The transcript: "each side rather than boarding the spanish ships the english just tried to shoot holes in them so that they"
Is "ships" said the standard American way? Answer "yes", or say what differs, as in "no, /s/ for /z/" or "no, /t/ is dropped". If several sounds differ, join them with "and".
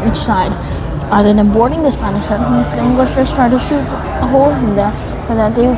no, /p/ is dropped